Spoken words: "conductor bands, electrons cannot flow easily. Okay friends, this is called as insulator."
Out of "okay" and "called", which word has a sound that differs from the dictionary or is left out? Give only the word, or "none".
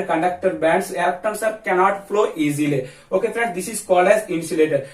called